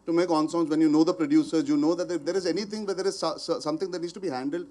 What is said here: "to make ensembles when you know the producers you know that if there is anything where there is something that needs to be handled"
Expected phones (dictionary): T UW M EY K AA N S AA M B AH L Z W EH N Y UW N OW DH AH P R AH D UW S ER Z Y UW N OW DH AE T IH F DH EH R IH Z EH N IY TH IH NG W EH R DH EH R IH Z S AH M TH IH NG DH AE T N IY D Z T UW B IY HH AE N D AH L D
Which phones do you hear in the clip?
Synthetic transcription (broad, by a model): T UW M EY K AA N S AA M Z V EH N Y UW N OW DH AH P R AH D UW S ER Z Y UW N OW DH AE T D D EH R IH Z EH N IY T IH NG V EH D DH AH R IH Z S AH M T IH NG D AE T N IY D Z T UW B IY HH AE N D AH L D